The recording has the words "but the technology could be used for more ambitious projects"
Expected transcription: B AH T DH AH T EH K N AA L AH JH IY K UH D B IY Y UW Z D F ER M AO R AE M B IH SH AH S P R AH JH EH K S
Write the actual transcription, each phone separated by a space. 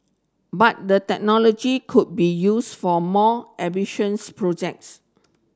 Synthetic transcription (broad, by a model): B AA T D AH T EH K N AA L AH JH IY K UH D B IY Y UW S F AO M AO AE B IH SH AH S P R AH JH EH K S